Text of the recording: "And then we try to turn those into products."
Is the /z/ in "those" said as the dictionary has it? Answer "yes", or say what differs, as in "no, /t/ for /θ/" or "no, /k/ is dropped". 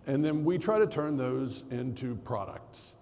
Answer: yes